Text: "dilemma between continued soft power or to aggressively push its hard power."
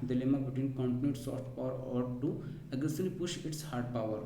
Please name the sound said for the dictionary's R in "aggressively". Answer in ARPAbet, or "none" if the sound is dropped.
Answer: none